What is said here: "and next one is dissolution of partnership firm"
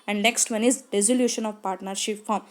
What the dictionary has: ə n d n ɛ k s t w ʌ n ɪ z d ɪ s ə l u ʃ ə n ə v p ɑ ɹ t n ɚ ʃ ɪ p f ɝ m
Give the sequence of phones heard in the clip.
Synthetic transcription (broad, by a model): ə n d n ɛ k s t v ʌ n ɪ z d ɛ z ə l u ʃ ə n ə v p ɑ ɹ t n ɚ ʃ ɪ p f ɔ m